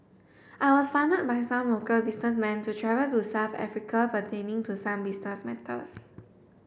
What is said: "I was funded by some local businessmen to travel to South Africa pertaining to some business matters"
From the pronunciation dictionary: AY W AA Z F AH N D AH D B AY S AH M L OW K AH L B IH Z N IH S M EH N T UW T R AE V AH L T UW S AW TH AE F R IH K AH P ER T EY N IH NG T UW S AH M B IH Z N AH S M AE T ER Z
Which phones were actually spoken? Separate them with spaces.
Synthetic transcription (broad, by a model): AY W AA S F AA N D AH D B AY S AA M L OW K AH L B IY S N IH S M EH N T UW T R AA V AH L T UW S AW F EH F R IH K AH P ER T EY N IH NG T UW S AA M B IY S N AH S M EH T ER S